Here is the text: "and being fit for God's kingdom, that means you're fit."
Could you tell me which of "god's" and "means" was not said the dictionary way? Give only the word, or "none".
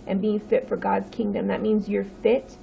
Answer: none